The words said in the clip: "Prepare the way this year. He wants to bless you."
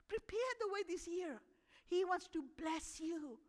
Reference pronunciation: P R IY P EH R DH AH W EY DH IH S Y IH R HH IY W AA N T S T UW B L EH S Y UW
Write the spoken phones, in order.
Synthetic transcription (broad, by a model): P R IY P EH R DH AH W EY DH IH S Y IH R HH IY W AA N T S T UW B L EH S Y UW